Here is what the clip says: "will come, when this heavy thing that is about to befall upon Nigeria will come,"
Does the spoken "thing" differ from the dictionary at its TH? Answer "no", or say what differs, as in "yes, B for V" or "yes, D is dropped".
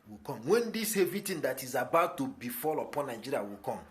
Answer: yes, T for TH